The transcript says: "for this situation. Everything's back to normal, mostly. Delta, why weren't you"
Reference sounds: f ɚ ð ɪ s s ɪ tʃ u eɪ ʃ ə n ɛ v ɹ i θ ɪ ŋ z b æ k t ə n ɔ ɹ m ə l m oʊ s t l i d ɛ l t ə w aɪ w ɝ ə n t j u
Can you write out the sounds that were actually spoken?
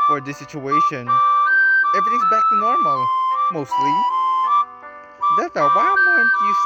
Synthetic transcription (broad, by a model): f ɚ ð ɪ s s ɪ tʃ u eɪ ʃ ə n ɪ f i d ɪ z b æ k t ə n ɔ ɹ m l m oʊ s t l i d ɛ t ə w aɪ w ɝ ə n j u